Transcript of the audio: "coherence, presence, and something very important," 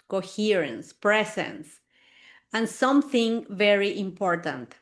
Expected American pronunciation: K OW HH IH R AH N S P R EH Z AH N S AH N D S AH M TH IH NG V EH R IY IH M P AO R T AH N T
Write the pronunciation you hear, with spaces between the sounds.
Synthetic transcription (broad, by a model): K OW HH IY R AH N S P R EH S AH N S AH N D S AH M TH IH NG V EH R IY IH M P AO R T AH N T